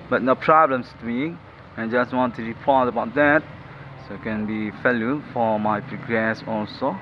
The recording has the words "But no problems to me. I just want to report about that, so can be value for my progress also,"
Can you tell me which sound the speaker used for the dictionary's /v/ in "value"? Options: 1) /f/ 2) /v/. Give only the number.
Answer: 1